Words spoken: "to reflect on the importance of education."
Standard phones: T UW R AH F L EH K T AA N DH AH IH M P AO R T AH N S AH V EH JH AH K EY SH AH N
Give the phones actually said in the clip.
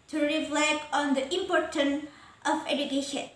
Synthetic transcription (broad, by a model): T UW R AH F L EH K AA N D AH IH M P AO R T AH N AH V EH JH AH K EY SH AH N